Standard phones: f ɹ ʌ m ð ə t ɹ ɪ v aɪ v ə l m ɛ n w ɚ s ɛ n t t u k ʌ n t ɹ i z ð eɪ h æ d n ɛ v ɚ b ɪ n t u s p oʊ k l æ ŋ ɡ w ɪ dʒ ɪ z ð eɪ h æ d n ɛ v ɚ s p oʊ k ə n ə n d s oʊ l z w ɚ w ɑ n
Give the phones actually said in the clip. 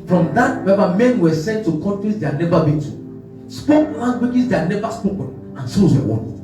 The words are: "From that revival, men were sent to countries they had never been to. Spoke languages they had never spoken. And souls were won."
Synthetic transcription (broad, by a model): f ɹ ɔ m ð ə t w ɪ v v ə m ɛ n w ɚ s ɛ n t t u k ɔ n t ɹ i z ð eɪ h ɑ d n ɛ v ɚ b ɪ n t u s p oʊ k l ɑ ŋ ɡ w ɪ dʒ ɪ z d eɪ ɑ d n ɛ v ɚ s p oʊ k ə n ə n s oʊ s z w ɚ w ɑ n